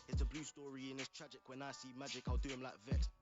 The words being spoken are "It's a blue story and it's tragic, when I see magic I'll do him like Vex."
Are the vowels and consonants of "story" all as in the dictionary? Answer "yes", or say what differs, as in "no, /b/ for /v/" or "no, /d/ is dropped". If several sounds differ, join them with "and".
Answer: yes